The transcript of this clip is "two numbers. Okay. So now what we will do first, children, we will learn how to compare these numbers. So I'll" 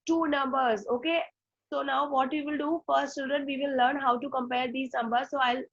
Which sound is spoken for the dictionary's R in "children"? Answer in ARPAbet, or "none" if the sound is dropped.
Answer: none